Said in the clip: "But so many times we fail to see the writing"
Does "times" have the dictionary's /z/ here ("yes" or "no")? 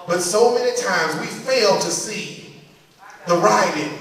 yes